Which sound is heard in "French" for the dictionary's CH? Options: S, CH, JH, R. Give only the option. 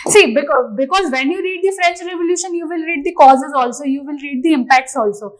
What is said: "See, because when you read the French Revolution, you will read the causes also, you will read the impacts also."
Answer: CH